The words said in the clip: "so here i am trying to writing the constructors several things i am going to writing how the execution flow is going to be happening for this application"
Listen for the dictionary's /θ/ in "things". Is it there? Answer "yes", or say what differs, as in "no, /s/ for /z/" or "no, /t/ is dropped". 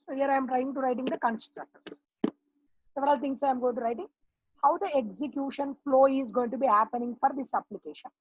no, /t/ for /θ/